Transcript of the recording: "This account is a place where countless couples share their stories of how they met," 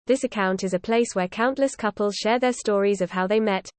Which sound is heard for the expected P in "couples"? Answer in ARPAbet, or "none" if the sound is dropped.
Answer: P